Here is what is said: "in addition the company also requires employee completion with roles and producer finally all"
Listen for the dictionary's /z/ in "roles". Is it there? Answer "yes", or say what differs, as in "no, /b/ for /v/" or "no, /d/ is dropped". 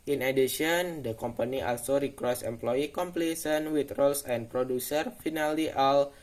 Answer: no, /s/ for /z/